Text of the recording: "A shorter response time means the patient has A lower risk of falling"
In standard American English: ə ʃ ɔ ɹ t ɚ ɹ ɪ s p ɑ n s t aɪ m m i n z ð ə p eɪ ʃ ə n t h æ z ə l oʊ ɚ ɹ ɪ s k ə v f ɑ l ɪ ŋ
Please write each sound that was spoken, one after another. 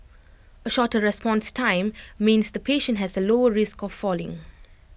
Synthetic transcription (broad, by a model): ə ʃ ɔ t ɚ ɹ ɪ s p ɑ n s t aɪ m m i n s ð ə p eɪ ʃ ə n t h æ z ə l oʊ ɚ ɹ ɪ s k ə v f ɑ l ɪ ŋ